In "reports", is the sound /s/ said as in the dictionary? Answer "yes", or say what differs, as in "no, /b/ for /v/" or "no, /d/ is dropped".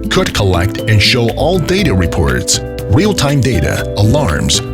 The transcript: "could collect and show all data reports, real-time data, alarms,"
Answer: yes